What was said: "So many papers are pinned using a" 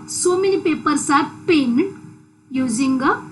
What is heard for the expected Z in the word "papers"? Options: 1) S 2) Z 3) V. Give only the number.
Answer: 1